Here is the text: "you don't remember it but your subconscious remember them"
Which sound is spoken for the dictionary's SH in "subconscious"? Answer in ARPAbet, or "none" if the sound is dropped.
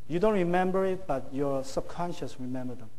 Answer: SH